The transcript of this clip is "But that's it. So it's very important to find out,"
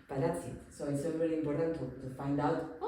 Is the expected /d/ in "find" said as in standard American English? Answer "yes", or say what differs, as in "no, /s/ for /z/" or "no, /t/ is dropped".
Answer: yes